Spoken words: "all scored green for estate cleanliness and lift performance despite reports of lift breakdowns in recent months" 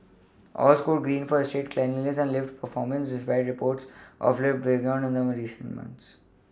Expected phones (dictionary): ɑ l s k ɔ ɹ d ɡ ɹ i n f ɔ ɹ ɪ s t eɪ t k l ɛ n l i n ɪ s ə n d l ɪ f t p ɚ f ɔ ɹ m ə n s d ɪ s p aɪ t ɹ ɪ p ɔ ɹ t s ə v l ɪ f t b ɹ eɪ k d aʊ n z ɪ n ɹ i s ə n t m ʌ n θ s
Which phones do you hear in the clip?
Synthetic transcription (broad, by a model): ɑ l s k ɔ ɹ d ɡ ɹ i n f ɔ ɹ ɪ s t eɪ t k l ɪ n i l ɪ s ə n d l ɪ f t p ɚ f ɔ ɹ m ə n s d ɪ s p aɪ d ɹ ɪ p ɔ ɹ t s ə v l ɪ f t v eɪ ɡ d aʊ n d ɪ n ɹ i s ə n t m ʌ n t s